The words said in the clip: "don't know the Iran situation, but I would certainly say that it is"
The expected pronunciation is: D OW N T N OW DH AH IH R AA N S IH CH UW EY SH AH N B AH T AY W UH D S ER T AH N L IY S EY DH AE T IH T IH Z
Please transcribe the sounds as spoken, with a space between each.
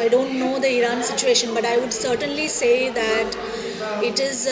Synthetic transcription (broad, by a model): D OW N T N OW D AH IH R AA N S IH CH UW EY SH AH N B AH T AY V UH D S ER T AH N L IY S EY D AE T IH T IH Z